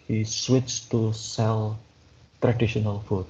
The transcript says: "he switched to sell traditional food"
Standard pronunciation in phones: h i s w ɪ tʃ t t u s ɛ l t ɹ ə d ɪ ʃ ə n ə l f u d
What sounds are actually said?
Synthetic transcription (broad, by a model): h i s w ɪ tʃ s t u s ɛ l t ɹ ə d ɪ ʃ ə n ə l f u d